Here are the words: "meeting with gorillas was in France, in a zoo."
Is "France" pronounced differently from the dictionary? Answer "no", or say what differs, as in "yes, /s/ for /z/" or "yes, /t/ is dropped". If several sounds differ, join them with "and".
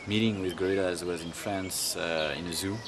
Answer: no